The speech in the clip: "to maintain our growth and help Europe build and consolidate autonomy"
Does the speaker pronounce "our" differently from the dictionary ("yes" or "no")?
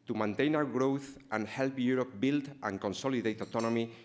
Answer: yes